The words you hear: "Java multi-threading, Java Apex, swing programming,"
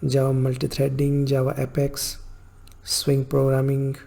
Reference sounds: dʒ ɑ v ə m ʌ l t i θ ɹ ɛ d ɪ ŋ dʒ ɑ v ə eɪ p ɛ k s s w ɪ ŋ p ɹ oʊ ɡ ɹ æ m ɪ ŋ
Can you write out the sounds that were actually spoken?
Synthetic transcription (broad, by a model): dʒ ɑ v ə m ʌ l t i t ɹ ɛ d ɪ ŋ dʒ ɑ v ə eɪ p ɛ k s s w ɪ ŋ p ɹ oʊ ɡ ɹ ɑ m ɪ ŋ